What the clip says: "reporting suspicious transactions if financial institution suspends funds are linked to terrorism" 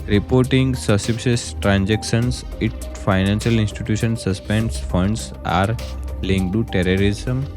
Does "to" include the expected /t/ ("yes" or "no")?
yes